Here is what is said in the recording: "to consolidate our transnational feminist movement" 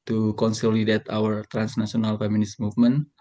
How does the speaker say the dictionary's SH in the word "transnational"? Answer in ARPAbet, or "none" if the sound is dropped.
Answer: S